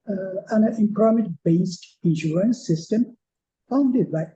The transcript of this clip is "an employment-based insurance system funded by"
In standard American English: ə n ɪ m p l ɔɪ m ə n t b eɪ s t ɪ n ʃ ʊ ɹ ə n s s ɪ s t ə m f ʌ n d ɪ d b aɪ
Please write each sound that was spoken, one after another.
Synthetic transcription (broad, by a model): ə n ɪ m p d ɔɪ m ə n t b eɪ s t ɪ n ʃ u ɹ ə n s s ɪ s t ə m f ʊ n d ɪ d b aɪ